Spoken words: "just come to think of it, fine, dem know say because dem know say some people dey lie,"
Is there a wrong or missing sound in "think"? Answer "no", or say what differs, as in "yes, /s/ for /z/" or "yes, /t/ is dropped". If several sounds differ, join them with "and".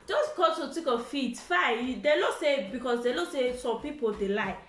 yes, /t/ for /θ/ and /ŋ/ is dropped